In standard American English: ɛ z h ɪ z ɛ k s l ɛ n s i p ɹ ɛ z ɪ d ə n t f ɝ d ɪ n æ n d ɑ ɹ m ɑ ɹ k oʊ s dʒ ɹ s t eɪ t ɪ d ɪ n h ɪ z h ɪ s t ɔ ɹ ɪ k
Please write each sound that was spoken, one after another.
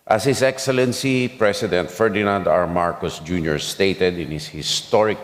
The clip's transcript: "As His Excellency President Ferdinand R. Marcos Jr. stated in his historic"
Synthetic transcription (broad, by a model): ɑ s h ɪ s ɛ k s l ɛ n s i p ɹ ɛ s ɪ d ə n t f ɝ d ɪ n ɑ n d ɑ ɹ m ɑ ɹ k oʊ s dʒ ɹ s t eɪ t ɪ d ɪ n h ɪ s h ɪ s t ɔ ɹ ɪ k